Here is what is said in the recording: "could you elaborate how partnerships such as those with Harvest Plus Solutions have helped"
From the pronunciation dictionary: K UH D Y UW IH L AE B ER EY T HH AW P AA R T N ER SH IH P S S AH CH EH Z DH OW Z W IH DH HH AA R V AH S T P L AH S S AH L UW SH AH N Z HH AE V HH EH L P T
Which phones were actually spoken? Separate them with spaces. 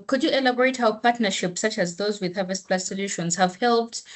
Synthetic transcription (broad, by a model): K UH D Y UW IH L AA B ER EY T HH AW P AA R T N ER SH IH P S S AH CH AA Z DH OW Z W IH DH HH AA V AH S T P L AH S S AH L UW SH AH N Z HH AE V HH EH L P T